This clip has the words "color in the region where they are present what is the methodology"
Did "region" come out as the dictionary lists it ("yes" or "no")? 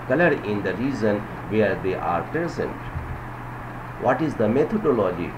no